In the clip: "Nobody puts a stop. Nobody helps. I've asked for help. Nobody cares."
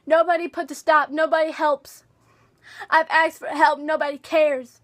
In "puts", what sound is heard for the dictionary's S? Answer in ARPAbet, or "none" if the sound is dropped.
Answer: none